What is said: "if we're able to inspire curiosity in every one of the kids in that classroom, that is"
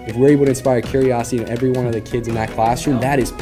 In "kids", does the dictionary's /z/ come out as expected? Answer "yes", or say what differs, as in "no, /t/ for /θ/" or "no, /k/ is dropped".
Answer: yes